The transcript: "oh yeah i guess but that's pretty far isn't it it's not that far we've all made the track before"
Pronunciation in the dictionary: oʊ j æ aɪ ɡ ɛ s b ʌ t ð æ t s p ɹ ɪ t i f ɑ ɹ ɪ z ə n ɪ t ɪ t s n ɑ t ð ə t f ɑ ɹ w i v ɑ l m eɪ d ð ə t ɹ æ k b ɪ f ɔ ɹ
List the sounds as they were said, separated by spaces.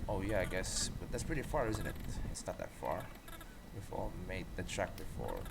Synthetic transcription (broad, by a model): oʊ j æ aɪ ɡ ɛ s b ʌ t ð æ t s p ɹ ɪ t i f ɑ ɹ ɪ z ə n ɪ t ɪ t s n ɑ t ð ə t f ɑ ɹ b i f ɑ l m eɪ d ð ə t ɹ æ k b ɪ f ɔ ɹ